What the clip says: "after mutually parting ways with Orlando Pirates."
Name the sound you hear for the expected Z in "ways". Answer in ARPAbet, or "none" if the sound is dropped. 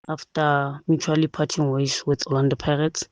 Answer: S